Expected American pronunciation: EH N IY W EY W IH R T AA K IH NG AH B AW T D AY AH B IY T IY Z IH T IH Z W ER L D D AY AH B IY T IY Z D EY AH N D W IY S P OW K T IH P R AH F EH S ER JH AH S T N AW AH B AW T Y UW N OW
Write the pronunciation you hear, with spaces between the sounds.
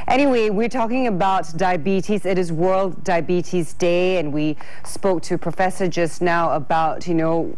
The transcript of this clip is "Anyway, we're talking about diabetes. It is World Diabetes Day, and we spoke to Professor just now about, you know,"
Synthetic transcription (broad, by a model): EH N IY W EY W IH R T AA K IH NG AH B AW T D AY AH B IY T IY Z IH T IH Z W ER L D D AY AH B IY T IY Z D EY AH N W IY S P OW K T IH P R AH F EH S ER JH AH S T N AW AH B AW T Y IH N OW